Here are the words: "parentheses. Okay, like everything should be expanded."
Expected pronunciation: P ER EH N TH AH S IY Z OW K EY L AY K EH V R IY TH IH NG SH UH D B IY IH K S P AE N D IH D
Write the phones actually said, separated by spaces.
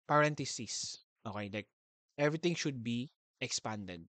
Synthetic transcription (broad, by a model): P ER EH N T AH S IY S OW K EY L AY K EH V R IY T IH NG SH UH D B IY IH K S P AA N D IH D